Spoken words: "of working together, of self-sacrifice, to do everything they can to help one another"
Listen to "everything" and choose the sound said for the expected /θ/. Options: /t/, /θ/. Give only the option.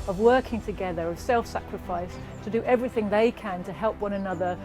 /θ/